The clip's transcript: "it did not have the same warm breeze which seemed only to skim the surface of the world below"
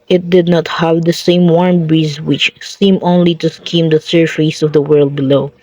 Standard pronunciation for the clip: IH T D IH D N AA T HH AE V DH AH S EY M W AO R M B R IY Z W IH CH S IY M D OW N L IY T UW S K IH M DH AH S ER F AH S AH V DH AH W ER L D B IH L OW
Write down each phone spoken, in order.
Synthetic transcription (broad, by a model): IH T D IH D N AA T HH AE V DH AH S EY M W AO R M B R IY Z W IH CH S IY M OW N L IY T UW S K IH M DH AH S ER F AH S AH V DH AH W ER L D B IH L OW